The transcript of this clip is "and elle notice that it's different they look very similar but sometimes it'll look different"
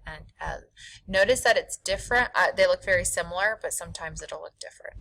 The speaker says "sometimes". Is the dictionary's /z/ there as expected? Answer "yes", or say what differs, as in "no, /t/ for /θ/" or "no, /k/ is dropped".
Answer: yes